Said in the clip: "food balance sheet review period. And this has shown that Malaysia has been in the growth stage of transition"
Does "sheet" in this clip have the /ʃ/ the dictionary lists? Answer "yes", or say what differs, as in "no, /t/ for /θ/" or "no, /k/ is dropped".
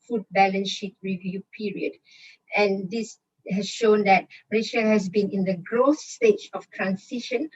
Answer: yes